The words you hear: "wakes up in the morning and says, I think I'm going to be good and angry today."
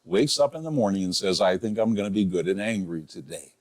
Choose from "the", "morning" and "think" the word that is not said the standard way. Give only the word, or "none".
none